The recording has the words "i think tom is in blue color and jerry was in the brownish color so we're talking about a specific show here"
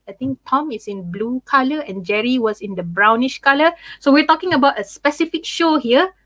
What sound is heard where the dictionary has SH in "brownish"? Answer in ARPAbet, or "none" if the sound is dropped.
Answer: SH